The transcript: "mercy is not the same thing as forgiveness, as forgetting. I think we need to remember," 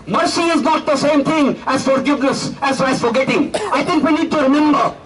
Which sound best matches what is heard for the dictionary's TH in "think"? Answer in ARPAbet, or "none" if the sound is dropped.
T